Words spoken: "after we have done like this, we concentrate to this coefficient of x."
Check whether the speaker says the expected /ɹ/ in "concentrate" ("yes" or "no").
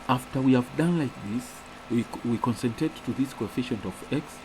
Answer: no